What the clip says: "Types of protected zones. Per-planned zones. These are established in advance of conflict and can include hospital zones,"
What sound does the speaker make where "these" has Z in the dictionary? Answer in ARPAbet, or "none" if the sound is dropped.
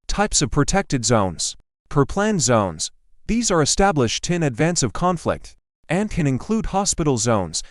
Z